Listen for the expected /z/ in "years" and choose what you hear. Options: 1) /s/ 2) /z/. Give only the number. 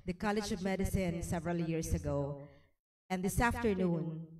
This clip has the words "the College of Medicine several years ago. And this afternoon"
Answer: 1